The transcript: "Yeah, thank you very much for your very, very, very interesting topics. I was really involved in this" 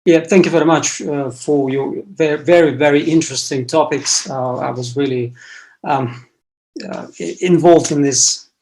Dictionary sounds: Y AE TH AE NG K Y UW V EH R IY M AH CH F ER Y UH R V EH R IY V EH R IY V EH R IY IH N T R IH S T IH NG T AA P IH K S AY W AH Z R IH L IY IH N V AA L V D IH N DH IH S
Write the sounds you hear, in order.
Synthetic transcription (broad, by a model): Y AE TH AE NG K Y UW V EH R IY M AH CH F ER Y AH R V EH R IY V EH R IY V EH R IY IH N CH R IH S T IH NG T AA P IH K S AY W AH Z R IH L IY IH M V AA L V D IH N DH IH S